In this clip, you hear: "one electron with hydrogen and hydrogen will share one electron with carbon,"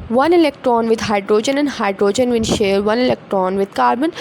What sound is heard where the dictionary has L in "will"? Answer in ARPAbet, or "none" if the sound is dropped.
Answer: N